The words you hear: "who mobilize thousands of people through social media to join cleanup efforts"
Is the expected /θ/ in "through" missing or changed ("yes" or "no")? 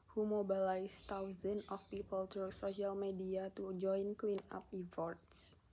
yes